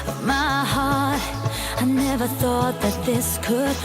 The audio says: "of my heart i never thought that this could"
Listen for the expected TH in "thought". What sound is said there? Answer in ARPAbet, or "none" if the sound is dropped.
TH